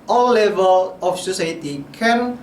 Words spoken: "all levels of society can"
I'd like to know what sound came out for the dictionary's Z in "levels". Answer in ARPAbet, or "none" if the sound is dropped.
none